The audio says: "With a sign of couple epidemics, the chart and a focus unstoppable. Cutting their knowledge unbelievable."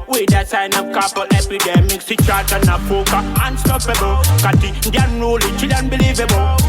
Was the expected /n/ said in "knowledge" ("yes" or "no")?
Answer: no